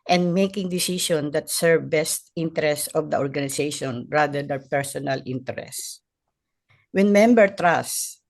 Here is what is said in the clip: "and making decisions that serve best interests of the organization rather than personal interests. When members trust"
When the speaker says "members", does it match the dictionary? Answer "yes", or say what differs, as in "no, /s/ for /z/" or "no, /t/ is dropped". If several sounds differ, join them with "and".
no, /z/ is dropped